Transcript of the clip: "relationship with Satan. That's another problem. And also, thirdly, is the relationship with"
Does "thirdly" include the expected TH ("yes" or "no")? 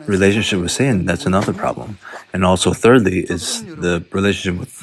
yes